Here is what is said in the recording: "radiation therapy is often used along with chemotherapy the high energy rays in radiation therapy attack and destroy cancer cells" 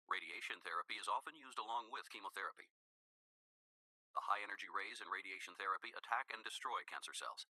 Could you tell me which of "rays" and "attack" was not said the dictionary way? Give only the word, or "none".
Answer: none